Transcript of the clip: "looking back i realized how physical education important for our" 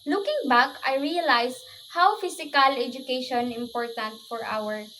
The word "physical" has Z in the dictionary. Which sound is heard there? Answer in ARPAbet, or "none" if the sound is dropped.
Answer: S